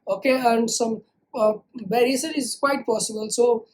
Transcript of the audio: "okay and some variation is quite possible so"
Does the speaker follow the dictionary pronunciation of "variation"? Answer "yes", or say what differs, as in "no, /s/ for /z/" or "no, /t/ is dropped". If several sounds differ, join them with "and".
no, /b/ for /v/ and /s/ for /ʃ/